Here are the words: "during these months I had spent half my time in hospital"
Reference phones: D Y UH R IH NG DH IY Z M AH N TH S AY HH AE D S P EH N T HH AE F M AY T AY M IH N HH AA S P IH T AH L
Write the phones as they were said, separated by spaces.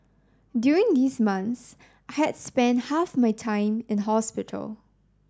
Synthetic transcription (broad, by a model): D Y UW R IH NG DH IY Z M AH N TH S AY HH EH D S P EH N T HH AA F M AY T AY M IH N HH AA S P IH T AH L